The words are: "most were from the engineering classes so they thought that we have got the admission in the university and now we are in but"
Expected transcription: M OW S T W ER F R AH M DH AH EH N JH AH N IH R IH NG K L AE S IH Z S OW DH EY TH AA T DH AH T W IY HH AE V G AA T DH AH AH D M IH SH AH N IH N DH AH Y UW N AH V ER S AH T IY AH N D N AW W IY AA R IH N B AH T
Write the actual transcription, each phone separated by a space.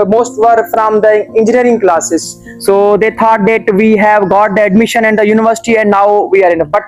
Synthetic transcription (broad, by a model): M OW S T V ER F R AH M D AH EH N JH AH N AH R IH NG K L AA S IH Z S OW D EY T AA T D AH T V IY HH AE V G AA T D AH AH D M IH SH AH N IH N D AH Y UW N AH V ER S AH T IY AH N D N AW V IY AA R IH N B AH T